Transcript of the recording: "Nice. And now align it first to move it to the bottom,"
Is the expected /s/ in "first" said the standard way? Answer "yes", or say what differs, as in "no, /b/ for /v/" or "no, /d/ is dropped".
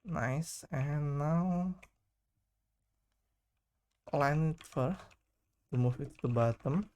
no, /s/ is dropped